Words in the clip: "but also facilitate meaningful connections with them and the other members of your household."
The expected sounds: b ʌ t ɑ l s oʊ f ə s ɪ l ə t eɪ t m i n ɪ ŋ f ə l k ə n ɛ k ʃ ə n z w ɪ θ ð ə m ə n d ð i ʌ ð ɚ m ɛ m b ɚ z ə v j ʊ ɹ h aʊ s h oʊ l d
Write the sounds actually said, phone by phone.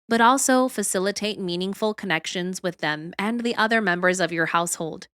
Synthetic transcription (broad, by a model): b ʌ t ɑ l s oʊ f ə s ɪ l ə t eɪ t m i n ɪ ŋ f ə l k ə n ɛ k ʃ ə n z w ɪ ð ə m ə n ð i ʌ ð ɚ m ɛ m b ɚ z ə v j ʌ ɹ h aʊ s h oʊ l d